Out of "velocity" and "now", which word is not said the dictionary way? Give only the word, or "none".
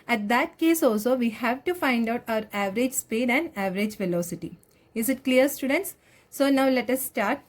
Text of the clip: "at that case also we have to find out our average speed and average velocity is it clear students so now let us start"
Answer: none